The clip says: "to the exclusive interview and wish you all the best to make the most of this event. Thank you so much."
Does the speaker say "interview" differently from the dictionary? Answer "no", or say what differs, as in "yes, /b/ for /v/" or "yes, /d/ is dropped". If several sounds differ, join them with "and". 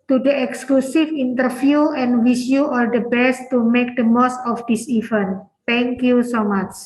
yes, /f/ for /v/